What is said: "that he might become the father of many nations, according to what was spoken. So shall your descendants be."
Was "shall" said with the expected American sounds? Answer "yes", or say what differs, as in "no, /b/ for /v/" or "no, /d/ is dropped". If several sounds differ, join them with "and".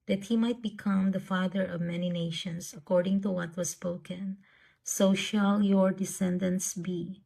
yes